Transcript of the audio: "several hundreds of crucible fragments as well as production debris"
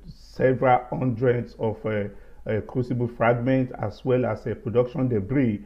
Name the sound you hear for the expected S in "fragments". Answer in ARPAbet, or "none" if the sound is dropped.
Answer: none